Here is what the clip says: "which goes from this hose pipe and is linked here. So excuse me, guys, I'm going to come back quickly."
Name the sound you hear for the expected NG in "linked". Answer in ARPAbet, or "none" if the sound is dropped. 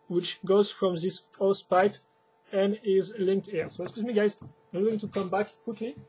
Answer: NG